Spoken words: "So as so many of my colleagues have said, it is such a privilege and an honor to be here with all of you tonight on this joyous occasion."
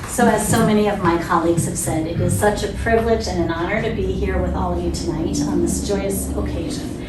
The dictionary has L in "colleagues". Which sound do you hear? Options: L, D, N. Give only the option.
L